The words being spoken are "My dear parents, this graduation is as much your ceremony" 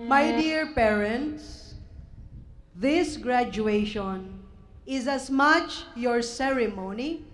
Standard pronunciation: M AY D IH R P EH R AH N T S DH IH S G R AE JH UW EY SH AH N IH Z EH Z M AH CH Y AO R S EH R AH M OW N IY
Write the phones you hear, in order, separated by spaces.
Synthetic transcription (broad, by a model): M AY D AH R P EH R AH N T S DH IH S G R AE JH UW EY SH AH N IH Z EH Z M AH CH Y AO R S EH R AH M OW N IY